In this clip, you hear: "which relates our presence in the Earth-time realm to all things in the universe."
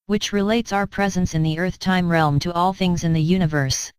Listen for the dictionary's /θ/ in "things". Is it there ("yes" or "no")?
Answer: yes